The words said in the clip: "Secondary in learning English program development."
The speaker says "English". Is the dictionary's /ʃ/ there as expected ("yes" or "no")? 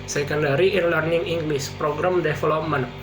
no